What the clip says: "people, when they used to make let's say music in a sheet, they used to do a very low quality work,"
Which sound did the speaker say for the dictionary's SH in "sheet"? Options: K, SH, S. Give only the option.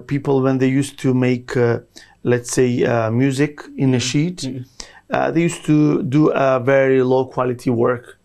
SH